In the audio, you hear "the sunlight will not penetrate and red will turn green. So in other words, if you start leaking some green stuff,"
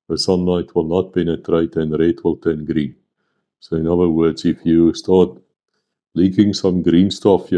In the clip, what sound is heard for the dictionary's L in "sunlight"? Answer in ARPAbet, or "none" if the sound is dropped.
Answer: L